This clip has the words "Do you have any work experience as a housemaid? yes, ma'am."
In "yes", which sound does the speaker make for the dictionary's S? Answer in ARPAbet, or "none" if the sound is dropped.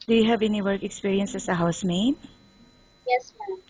S